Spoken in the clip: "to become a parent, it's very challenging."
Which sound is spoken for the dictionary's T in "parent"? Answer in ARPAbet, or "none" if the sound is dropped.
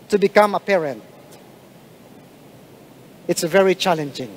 T